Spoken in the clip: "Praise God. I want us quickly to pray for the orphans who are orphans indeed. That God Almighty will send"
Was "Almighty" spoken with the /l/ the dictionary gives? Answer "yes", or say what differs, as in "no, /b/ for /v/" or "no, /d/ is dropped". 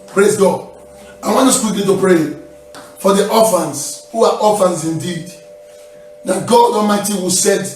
no, /l/ is dropped